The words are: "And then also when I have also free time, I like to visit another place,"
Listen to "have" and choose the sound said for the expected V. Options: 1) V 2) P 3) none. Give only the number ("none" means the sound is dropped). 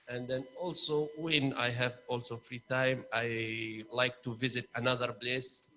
1